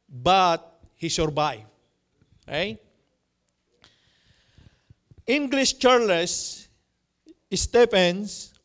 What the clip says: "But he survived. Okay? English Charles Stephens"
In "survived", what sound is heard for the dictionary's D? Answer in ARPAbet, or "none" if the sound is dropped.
none